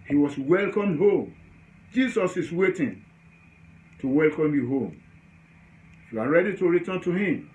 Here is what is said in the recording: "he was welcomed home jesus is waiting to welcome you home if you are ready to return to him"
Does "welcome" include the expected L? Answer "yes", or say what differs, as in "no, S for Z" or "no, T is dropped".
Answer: yes